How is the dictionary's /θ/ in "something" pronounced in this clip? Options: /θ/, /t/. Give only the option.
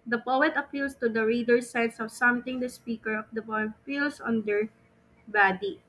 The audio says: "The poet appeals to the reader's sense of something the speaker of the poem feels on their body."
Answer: /t/